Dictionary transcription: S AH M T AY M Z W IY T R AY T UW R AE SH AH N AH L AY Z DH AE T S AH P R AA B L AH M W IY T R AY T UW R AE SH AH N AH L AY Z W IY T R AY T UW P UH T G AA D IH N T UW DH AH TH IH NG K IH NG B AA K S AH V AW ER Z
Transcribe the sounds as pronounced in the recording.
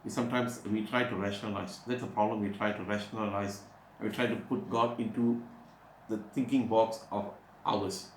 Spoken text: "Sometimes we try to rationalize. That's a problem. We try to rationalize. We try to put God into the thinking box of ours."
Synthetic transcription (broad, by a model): S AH M T AY M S W IY T R AY T UW R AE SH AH N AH L AY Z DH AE T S AH P R AA B L AH M W IY T R AY T UW R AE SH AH N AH L AY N W IY T R AY T UW P UH T G AA D IH N T UW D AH T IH NG K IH NG B AA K S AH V AW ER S